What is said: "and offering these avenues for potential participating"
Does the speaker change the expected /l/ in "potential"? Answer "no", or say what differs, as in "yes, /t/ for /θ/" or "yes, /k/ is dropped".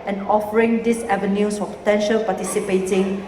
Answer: no